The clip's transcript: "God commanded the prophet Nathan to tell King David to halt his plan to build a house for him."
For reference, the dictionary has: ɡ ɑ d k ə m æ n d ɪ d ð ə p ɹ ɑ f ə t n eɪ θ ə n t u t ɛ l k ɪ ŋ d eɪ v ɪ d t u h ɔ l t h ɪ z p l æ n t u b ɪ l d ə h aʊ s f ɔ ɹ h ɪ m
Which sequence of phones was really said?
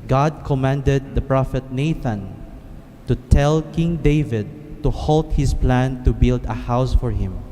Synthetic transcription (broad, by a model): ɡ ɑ d k ə m æ n d ɪ d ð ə p ɹ ɑ f ə t n eɪ θ ə n t u t ɛ l k ɪ ŋ d eɪ v ɪ d t u h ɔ l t h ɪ s p l æ n t u b ɪ l d ə h aʊ s f ɔ ɹ h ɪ m